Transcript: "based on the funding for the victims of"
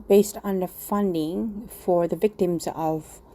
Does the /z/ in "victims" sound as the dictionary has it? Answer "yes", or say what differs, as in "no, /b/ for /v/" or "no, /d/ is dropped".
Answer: yes